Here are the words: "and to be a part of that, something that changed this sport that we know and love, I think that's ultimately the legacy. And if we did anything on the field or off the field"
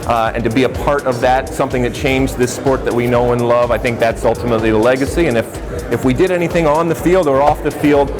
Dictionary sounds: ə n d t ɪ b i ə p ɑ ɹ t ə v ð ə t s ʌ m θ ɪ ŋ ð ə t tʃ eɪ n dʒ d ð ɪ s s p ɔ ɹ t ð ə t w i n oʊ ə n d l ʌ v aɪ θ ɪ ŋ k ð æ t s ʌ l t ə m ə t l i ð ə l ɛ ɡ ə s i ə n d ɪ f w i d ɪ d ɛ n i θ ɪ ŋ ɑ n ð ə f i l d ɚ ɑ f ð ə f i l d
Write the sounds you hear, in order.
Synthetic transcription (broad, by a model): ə n t ɪ b i ə p ɑ ɹ t ə v ð ə t s ʌ m θ ɪ ŋ ð ə t tʃ eɪ n dʒ ð ɪ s s p ɔ ɹ t ð ə t w i n oʊ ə n l ʌ v aɪ θ ɪ ŋ k ð æ t s ʌ l t ə m ə t l i ð ə l ɛ ɡ ə s i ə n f ɪ f w i d ɪ d ɛ n i θ ɪ ŋ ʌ n ð ə f i l d ɚ ɑ f ð ə f i l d